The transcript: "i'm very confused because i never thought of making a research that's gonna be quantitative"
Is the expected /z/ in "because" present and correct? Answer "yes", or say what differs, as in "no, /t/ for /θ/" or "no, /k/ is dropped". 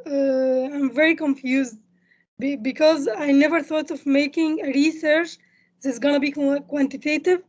yes